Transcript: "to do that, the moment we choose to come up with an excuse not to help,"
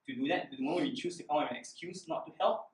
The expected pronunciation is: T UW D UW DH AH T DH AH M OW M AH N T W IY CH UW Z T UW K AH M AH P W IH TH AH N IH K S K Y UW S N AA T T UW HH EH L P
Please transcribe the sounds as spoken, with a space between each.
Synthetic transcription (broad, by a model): T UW D UW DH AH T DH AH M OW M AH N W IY CH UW S T UW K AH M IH AH N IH K S K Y UW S N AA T T UW HH EH L P